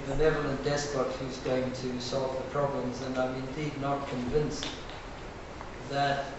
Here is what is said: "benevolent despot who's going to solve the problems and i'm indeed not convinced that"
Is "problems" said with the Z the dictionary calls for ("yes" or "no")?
yes